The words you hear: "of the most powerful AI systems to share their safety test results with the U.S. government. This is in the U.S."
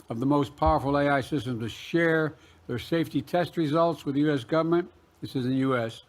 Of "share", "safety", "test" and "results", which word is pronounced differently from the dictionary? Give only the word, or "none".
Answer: none